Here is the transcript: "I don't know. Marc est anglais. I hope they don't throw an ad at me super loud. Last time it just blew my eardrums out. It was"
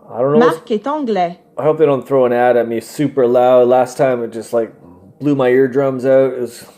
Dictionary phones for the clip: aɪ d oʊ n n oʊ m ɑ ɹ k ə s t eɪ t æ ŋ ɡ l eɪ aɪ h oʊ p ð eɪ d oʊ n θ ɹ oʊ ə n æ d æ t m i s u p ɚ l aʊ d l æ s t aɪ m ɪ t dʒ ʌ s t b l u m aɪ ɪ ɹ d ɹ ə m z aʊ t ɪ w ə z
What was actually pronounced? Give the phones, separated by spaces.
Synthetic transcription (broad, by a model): aɪ d oʊ n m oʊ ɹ k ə t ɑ ɡ l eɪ aɪ h oʊ p ð eɪ d oʊ n θ ɹ oʊ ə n æ d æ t m i s u p ɚ l aʊ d l æ s t aɪ m ɪ t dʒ ʌ s t b l u m aɪ ɪ ɹ d ɹ ə m z aʊ t ɪ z